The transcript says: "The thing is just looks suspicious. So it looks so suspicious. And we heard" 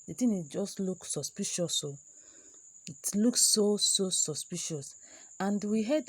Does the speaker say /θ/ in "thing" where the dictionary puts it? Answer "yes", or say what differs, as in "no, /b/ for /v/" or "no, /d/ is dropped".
no, /t/ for /θ/